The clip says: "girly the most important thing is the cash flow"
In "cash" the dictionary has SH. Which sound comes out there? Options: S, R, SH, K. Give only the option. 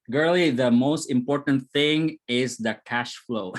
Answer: SH